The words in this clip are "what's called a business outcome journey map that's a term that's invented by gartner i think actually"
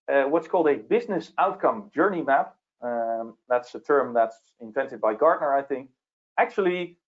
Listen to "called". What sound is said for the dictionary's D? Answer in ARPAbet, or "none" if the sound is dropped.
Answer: D